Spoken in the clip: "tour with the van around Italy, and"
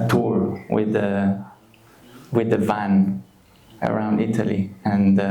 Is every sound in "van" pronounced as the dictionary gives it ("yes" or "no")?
yes